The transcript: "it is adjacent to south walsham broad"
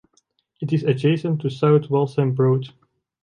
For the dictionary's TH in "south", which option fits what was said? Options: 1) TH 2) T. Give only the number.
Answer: 2